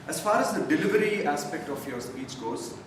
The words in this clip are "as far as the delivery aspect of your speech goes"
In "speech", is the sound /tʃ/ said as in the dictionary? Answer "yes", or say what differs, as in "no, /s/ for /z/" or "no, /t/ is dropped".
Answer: no, /s/ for /tʃ/